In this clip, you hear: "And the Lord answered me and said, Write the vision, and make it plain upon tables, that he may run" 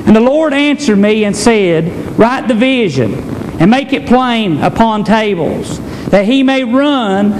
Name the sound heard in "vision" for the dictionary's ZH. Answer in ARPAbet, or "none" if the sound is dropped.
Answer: ZH